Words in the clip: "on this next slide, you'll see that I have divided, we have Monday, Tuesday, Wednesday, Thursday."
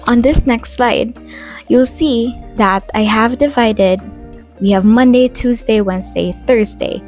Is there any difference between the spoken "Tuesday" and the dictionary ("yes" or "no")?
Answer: no